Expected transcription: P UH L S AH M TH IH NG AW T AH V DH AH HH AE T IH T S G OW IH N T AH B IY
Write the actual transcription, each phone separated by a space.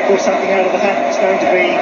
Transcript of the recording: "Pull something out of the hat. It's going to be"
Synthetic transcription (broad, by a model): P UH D S AH M TH IH NG AW T AH V DH AH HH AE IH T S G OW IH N T AH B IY